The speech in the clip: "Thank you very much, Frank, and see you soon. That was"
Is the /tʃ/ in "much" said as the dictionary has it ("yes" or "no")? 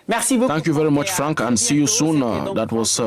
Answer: yes